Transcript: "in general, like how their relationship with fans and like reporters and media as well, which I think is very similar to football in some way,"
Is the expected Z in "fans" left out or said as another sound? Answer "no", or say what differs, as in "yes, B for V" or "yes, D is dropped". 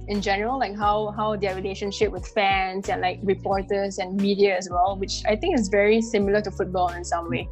yes, S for Z